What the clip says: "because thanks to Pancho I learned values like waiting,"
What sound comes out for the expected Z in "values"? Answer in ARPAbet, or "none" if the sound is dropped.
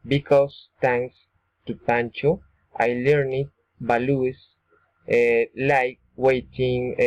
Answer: S